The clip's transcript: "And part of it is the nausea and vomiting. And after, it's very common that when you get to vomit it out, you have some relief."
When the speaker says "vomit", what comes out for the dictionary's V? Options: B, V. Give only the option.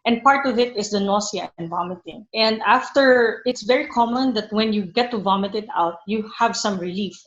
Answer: V